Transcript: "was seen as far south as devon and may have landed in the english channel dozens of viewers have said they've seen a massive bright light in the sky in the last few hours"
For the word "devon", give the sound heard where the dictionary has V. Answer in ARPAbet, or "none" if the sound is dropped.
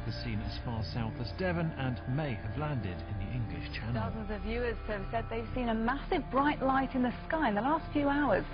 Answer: V